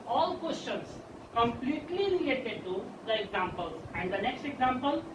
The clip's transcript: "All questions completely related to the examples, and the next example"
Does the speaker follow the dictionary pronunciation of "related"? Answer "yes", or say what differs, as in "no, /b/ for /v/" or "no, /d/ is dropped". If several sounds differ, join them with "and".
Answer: yes